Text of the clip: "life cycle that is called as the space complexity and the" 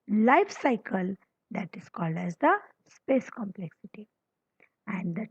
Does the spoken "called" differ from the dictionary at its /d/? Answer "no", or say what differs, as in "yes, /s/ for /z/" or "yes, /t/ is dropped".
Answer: no